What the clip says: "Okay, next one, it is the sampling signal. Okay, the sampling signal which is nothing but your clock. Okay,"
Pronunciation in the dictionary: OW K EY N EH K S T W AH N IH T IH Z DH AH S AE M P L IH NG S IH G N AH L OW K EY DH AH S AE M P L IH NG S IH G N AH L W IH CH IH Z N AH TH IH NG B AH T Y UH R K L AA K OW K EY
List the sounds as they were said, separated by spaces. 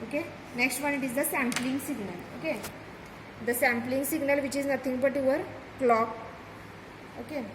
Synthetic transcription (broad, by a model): OW K EY N EH K S T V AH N IH T IH Z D AH S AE M P L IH NG S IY G N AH L OW K EY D AH S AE M P L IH NG S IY G N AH L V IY CH IH Z N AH T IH NG B AH T Y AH R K L AA K OW K EY